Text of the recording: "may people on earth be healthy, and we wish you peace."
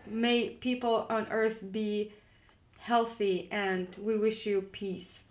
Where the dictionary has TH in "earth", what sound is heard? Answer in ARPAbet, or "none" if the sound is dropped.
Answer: TH